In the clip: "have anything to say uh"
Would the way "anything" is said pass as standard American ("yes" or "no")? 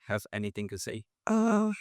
yes